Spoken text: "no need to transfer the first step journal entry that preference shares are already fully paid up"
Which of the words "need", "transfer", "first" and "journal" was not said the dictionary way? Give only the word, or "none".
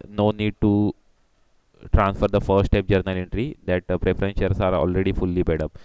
first